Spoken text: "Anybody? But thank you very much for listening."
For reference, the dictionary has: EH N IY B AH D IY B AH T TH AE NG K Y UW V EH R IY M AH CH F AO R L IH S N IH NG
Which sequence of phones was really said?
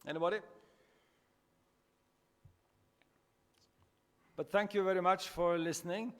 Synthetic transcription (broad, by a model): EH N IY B D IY B AH T TH AE NG K Y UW V EH R IY M AH CH F AO R L IH S N IH NG